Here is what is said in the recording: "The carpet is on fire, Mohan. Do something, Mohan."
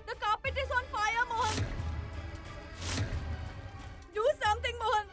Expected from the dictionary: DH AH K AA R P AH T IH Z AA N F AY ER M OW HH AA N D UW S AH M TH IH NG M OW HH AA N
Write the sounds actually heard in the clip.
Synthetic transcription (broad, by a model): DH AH K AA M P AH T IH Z AA N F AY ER M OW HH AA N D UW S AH M T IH NG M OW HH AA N